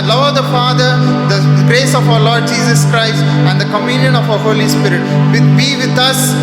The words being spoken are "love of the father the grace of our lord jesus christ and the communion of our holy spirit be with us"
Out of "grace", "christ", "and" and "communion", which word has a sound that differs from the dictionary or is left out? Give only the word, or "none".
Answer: none